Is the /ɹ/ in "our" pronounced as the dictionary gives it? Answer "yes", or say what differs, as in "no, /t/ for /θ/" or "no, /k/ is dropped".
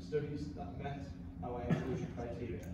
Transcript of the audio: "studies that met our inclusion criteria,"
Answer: no, /w/ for /ɹ/